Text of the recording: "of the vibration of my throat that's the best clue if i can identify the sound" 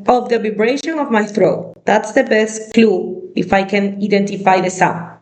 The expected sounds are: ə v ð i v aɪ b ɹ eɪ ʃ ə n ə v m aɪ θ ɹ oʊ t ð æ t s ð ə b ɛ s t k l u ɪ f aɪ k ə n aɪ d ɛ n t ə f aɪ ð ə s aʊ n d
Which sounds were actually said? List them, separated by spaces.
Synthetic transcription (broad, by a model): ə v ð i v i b ɹ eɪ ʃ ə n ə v m aɪ θ ɹ oʊ t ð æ t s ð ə b ɛ s t k l u ɪ f aɪ k ə n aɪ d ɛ n t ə f aɪ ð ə s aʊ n